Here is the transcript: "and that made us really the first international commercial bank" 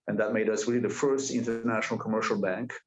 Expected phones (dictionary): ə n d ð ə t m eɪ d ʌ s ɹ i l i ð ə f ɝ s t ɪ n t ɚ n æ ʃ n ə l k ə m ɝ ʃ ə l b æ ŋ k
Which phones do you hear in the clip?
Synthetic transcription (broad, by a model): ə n ð ə t m eɪ d ʌ s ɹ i i ð ə f ɝ s t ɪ n t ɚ n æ ʃ n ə l k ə m ɝ ʃ l b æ ŋ k